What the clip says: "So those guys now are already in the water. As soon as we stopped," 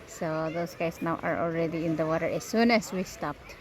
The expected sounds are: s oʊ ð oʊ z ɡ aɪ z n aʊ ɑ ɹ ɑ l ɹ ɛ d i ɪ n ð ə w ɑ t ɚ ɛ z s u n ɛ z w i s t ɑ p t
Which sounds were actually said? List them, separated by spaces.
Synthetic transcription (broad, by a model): s oʊ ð oʊ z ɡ aɪ s n aʊ ɑ ɹ ɑ l ɹ ɛ d i ɪ n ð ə w ɑ t ɚ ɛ s u n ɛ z w i s t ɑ p t